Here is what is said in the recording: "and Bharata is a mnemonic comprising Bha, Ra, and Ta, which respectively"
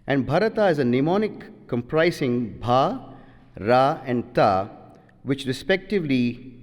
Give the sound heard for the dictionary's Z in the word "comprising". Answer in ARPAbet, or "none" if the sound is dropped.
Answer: S